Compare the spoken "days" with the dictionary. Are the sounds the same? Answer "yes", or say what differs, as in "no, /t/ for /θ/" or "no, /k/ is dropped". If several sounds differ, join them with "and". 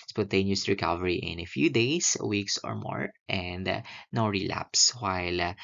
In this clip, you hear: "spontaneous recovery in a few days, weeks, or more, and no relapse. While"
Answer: no, /s/ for /z/